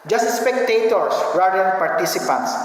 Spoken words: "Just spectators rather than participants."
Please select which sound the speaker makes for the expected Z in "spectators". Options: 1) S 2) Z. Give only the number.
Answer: 1